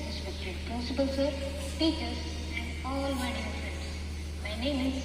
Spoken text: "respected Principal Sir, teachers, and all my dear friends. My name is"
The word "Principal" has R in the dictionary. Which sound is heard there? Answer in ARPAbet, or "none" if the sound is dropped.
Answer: none